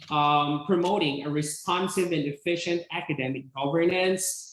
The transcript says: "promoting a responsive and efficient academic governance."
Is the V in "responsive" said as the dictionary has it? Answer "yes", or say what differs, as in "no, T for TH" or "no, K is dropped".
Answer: yes